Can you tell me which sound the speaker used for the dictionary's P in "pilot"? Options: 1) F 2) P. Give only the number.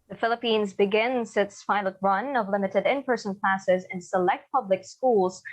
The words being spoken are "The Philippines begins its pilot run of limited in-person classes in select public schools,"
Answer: 1